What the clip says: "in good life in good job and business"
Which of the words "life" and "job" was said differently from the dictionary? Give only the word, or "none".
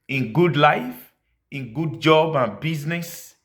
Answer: none